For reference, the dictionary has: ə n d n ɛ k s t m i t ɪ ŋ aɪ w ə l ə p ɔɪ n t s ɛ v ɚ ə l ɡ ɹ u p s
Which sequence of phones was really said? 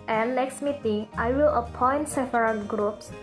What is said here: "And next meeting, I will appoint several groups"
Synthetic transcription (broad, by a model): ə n d n ɛ k s t m i t ɪ ŋ aɪ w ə l ə p ɔɪ n t s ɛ f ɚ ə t ɡ ɹ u p s